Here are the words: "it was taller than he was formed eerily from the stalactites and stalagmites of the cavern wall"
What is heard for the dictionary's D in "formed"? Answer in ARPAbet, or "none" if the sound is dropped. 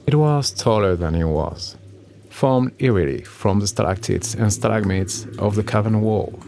D